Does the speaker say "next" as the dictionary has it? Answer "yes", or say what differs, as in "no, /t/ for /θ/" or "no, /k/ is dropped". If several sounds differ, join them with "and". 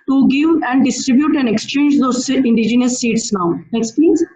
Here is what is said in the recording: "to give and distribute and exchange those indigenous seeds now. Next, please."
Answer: yes